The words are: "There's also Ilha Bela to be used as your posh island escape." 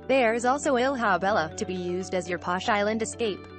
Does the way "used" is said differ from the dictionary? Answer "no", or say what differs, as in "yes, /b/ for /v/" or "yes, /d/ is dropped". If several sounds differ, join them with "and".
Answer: no